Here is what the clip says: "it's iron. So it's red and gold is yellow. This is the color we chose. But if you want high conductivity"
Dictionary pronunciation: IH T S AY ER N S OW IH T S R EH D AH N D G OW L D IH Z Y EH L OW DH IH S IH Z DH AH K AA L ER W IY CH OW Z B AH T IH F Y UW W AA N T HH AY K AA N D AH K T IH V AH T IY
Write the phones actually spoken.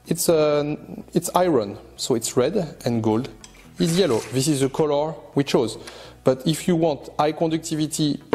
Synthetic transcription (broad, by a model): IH T S AY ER N S OW IH T S R EH D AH N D G OW L D IH Z Y EH L OW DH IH S IH Z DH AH K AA L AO W IY CH OW Z B AH T IH F Y UW W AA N T AY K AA D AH K T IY V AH T IY